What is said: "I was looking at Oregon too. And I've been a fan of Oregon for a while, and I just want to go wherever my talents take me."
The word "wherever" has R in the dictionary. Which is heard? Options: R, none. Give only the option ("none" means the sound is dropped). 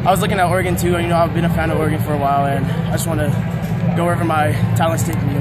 none